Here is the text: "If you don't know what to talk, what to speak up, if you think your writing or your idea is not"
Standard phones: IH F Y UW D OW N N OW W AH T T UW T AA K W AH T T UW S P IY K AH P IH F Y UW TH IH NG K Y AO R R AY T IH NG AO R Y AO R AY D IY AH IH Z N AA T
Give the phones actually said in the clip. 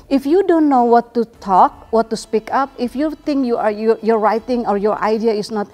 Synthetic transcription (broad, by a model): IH F Y UW D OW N N OW W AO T T UW T AA K W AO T T UW S P IY K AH P IH F Y UW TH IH NG K Y AO R R AY T IH NG AO R Y AO R AY D IY AH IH S N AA T